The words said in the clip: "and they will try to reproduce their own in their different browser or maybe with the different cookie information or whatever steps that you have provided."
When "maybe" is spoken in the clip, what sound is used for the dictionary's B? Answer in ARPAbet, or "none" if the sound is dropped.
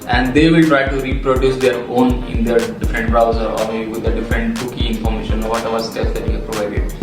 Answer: none